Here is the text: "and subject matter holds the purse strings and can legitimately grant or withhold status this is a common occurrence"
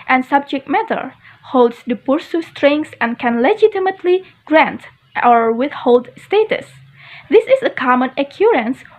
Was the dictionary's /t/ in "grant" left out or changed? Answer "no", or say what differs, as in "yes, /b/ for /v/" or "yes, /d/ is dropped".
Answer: no